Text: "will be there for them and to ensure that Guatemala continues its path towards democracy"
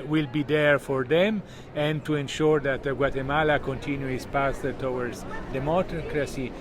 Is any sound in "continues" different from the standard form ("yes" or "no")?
yes